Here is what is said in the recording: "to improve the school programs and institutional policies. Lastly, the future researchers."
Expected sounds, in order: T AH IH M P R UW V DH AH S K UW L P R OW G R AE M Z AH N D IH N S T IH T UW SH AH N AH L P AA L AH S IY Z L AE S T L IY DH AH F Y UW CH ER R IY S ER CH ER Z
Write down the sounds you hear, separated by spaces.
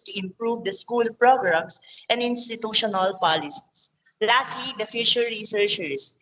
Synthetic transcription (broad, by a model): T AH IH M P R UW V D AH S K UW L P R OW G R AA M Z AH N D IH N S T IH T UW SH AH N AH L P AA L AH S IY S L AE S T L IY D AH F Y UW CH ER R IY S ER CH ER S